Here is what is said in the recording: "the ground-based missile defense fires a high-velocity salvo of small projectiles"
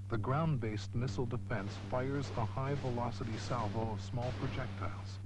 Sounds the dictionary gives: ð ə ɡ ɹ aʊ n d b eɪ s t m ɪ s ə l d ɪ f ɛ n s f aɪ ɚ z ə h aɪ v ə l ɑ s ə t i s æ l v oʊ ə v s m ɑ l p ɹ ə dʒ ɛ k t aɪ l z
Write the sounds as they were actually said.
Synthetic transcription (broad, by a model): ð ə ɡ ɹ aʊ n b eɪ s t m ɪ s l d ɪ f ɛ n s f aɪ ɚ z ə h aɪ v ə l ɑ s ə t i s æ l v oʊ ə v s m ɑ l p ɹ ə dʒ ɛ k t aɪ l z